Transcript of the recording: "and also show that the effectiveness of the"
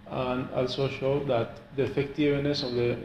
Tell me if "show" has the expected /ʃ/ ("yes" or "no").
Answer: yes